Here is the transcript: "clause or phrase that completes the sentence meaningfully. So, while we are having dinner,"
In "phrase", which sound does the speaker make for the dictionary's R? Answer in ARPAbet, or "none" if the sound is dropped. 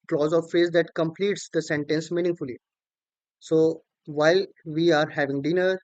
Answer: none